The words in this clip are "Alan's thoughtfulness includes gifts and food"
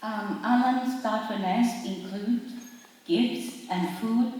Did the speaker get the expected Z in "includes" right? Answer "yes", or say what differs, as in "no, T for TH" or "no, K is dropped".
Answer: no, Z is dropped